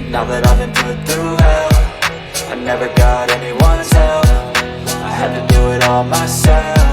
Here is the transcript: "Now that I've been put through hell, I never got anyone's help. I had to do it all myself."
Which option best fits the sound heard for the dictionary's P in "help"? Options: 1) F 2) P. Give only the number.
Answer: 1